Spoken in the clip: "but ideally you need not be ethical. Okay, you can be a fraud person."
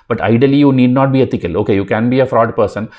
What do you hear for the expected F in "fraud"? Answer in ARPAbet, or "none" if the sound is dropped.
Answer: F